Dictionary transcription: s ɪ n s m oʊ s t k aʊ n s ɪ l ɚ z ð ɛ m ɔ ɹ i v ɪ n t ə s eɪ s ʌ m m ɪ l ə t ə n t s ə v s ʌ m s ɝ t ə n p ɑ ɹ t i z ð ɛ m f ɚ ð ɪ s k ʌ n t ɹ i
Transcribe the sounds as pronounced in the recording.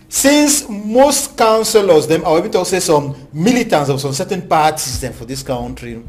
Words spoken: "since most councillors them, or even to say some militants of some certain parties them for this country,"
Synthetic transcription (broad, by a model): s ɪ n s m oʊ s t k aʊ n s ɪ l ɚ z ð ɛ m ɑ w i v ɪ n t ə s eɪ s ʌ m m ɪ l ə t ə n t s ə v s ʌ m s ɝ t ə n p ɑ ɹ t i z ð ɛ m f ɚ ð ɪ s k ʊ n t ɹ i